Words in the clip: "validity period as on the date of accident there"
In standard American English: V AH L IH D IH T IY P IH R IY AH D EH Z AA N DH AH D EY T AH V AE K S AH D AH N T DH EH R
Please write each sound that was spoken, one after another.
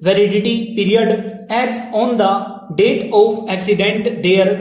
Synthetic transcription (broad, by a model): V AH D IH D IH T IY P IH R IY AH D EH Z AA N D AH D EY T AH P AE K S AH D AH N T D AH R